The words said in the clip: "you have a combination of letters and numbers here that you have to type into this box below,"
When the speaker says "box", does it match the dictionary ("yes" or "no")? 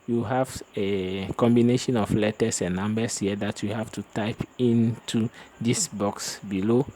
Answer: yes